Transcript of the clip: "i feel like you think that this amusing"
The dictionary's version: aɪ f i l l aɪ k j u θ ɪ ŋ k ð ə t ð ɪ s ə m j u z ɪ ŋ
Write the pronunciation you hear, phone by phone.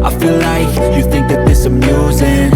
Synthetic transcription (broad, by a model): aɪ f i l l aɪ k j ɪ θ ɪ ŋ k ð ə t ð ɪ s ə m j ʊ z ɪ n